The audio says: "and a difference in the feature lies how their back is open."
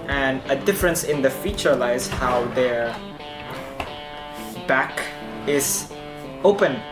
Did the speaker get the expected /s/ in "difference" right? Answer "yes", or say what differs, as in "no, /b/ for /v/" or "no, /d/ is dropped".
yes